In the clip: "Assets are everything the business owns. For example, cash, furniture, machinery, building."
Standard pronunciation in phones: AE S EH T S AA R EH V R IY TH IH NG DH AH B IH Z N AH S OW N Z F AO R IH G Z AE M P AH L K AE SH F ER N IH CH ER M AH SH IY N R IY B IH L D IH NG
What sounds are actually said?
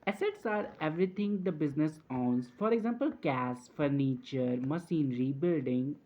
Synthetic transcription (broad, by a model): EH S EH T S AA R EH V R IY T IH NG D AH B IH Z N AH S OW N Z F AO R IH G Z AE M P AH L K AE S F ER N IH CH ER M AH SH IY N R IY B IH L D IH NG